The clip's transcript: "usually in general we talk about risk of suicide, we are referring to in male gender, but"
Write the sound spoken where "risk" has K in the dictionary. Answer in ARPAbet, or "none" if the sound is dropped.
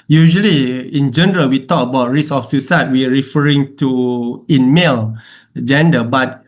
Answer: none